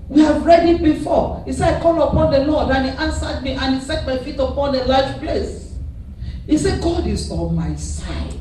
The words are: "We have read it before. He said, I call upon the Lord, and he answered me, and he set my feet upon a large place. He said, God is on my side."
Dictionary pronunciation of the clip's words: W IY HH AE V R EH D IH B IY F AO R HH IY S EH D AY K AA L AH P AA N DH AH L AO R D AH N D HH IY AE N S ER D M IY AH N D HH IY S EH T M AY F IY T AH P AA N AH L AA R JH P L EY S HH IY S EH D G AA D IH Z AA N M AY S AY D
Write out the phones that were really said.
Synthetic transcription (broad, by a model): W IY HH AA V R EH D IH B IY F AO HH IY S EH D AY K AA L AH P AA N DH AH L AO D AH N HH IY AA N S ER D M IY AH N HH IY S EH T M AY F IY T AH P AA N AH L AA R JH P L EY S HH IY S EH G AA D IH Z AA L M AY S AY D